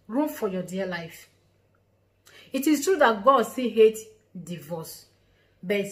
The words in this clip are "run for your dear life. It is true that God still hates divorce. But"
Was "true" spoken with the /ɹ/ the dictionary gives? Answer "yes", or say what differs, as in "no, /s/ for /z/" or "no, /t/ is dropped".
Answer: yes